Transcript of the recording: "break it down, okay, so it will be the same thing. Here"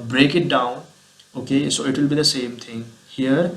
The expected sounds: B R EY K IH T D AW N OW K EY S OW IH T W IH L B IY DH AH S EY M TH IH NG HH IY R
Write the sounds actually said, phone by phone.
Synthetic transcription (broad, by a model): B R EY K IH T D AW N OW K EY S OW IH T W IH L B IY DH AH S EY M T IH NG HH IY R